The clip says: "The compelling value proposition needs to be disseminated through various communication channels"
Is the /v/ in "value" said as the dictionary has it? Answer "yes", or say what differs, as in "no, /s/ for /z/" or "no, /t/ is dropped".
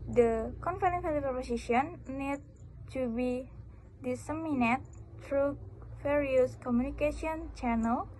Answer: no, /f/ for /v/